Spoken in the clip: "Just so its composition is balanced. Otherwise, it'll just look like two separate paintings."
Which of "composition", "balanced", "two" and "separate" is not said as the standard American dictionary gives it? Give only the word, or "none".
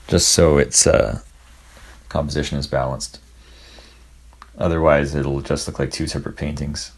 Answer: none